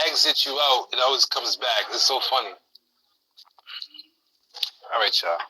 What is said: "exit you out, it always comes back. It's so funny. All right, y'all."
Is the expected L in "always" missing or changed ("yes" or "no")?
no